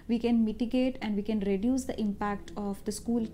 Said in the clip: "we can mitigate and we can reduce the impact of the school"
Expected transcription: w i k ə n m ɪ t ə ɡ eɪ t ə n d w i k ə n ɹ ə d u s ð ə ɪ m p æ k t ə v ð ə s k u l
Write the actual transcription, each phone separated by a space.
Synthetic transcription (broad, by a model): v i k ə n m ɪ t ə ɡ eɪ t ə n d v i k ə n ɹ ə d u s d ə ɪ m p æ k t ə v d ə s k u l